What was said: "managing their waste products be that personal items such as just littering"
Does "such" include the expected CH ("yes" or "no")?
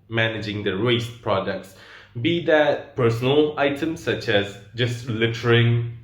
yes